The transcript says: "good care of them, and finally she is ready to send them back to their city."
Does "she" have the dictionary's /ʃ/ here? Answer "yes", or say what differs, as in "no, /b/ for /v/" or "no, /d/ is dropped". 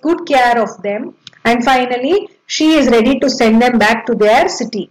yes